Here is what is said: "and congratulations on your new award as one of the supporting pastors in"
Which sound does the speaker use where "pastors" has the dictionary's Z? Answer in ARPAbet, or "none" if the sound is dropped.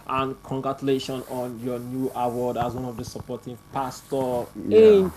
none